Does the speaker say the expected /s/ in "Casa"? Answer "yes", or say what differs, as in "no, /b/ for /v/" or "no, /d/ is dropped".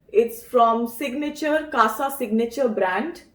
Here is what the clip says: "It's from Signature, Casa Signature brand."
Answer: yes